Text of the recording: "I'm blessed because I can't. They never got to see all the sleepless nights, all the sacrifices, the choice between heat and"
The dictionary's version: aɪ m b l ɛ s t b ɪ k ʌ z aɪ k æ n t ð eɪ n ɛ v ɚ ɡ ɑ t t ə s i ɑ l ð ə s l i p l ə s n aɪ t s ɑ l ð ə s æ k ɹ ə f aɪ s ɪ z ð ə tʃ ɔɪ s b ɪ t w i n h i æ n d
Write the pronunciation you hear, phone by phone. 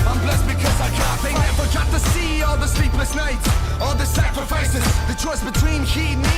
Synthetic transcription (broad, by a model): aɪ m b l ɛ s b ɪ k ʌ z aɪ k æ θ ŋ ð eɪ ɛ f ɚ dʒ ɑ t t ə s i ɑ l ð ə s l i p l ə s n aɪ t ɑ l ð ə s æ k ɹ ə f aɪ s ɪ z ð ə tʃ ɔɪ s b ɪ t w i n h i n